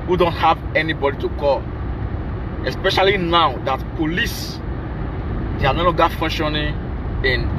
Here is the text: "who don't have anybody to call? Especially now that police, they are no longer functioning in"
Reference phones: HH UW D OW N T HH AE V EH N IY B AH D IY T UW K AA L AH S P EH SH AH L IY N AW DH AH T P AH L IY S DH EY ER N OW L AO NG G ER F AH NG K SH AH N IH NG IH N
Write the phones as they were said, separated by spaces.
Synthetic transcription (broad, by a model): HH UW D OW N T HH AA V EH N IY B AH D IY T UW K AA L AH S P EH SH AH L IY N AW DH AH T P AH L IY S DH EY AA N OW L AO G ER F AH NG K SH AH N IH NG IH N